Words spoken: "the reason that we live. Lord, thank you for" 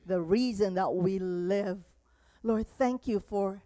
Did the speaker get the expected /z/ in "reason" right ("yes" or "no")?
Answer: yes